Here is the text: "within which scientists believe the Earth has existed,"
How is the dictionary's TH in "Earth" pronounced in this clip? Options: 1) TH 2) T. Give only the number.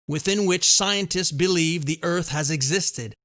1